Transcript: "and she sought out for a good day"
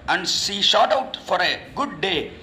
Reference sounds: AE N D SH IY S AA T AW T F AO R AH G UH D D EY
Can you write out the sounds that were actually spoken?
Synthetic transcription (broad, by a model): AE N D S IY SH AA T AW T F AO R AH G UH D D EY